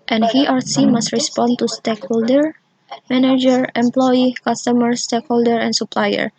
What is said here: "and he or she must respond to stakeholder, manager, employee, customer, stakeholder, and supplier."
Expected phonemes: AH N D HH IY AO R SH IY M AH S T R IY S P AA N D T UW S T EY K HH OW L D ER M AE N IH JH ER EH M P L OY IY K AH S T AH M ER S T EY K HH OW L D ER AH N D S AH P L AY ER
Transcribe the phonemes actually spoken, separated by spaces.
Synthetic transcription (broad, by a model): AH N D HH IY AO R S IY M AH S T R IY S P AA N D T UW S T EY K HH OW L D ER M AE N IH JH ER EH M P L OY IY K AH S T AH M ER S T EY K HH OW L D ER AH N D S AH P L AY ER